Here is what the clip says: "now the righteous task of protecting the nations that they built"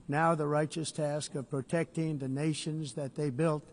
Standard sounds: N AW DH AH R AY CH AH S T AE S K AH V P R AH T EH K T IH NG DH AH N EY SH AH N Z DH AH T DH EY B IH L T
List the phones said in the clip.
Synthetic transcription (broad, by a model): N AW DH AH R AY CH AH S T AE S K AH V P R AH T EH K T IH NG DH AH N EY SH AH N Z DH AH T DH EY B IH L T